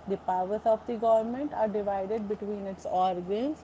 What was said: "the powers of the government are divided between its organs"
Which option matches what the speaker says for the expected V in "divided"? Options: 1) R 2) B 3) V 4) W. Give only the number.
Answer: 3